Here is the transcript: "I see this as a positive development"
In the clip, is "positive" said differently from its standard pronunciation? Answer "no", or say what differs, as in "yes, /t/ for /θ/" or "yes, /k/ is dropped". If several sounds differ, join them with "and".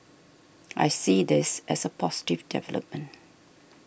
yes, /s/ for /z/